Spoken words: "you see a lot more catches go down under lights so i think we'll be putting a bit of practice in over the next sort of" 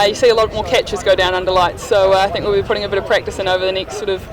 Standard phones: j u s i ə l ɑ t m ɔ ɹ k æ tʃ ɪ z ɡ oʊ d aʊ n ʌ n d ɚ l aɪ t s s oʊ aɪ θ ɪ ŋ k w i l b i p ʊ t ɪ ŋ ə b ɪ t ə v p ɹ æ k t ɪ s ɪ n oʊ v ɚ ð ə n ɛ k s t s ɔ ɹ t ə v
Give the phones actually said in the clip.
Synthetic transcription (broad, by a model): j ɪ s i ə l ɑ t m ɔ ɹ k æ tʃ ɪ z ɡ oʊ d aʊ n ʌ n d ɚ l aɪ t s s oʊ aɪ θ ɪ ŋ k w i l b i p ʊ t ɪ ŋ ə b ɪ t ə v p ɹ æ k t ɪ s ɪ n oʊ v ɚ ð ə n ɛ k s t s ɔ ɹ t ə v